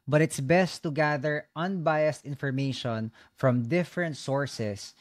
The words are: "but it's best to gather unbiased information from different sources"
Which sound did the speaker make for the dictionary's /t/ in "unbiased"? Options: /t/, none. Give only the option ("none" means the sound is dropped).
/t/